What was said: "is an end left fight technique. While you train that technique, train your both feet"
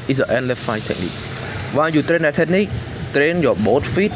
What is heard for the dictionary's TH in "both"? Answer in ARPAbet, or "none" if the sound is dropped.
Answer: T